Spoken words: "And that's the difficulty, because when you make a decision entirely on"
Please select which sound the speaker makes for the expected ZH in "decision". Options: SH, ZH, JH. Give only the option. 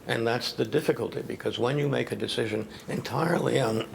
ZH